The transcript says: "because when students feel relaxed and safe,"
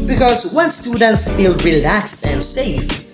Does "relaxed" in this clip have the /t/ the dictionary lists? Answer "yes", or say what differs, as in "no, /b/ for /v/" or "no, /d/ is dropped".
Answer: yes